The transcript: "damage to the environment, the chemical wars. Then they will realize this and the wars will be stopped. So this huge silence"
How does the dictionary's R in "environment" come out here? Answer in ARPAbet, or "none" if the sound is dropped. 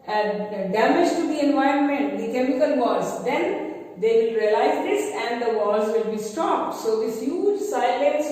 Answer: R